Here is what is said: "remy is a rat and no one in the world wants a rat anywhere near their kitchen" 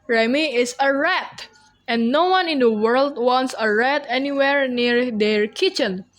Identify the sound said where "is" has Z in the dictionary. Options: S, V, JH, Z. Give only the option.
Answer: S